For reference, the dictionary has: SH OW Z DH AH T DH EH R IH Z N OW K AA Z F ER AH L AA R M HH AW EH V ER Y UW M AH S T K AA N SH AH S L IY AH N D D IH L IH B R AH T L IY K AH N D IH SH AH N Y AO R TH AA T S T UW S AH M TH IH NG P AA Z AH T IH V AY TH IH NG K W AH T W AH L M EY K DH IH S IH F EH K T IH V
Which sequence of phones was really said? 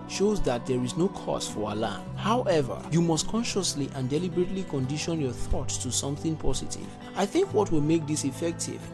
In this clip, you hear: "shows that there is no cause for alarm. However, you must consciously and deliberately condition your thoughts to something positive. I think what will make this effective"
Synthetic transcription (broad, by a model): SH OW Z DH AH T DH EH R IH Z N OW K AA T F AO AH L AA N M HH AW EH V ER Y UW M AH S T K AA N SH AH S L IY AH N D D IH L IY B R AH T L IY K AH N D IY SH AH N Y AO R TH AA T S T UW S AH M TH IH NG P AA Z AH T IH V AY TH IH NG K W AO T W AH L M EY K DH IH S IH F EH K T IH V